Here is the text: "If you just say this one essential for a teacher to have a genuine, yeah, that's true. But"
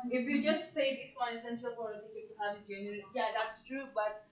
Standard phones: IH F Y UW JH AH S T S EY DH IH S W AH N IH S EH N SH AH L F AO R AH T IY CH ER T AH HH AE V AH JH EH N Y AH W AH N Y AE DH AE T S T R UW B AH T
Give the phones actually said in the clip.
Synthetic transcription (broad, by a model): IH F Y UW JH AH S T S EY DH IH S W AH N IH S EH N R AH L P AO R AH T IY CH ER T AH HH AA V AH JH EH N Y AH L Y AE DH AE T S T R UW B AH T